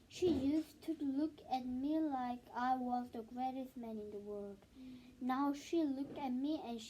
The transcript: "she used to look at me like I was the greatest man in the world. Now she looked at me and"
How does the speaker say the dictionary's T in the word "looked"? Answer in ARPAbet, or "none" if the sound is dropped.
T